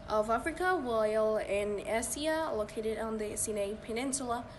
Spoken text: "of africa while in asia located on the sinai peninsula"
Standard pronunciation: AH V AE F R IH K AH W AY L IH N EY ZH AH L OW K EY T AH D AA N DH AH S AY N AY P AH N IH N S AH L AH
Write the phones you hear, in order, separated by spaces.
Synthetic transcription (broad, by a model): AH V AE F R IH K AH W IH L IH N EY S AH L OW K EY T AH D N DH AH S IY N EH P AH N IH N S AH L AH